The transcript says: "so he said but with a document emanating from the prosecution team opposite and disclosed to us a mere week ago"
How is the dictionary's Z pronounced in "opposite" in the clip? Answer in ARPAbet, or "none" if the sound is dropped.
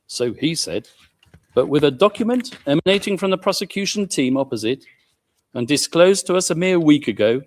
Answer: Z